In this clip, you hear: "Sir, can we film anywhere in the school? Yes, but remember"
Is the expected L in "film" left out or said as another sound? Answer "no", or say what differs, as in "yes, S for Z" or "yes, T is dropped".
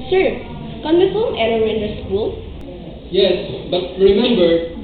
yes, L is dropped